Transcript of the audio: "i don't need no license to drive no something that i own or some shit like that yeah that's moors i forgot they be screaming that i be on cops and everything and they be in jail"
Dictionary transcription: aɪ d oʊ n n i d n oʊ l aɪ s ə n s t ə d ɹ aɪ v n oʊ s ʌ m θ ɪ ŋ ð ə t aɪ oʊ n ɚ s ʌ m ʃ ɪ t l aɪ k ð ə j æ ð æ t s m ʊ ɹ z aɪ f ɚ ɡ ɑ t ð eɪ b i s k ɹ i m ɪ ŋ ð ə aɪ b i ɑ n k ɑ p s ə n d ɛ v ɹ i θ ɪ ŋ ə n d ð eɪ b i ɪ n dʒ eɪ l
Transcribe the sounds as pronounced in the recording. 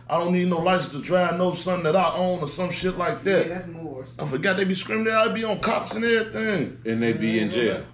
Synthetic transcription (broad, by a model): aɪ d oʊ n n i d n oʊ l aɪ ə s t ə d ɹ aɪ v n oʊ s ʌ m θ ɪ ŋ ð ə t aɪ oʊ n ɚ s ʌ m ʃ ɪ t l aɪ k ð ð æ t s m aɪ f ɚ ɡ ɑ t ð eɪ b i s k ɹ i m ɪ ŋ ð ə aɪ b i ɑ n k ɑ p s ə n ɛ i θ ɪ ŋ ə n ð eɪ b i ɪ n dʒ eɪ